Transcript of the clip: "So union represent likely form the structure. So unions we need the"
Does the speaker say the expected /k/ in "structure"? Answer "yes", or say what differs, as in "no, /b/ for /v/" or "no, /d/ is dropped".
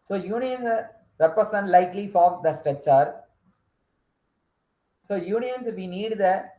no, /k/ is dropped